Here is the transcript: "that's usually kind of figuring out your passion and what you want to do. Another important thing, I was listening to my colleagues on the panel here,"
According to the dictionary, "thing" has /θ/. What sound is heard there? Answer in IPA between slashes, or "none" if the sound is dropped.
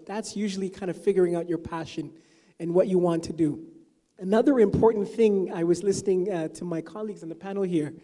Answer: /θ/